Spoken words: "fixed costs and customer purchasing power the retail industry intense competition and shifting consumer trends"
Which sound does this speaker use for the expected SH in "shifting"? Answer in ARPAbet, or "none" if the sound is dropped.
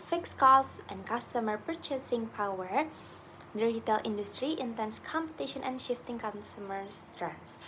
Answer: SH